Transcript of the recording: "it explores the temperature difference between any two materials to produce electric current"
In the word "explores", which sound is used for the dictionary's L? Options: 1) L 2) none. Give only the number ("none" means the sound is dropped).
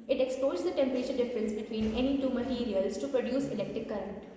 2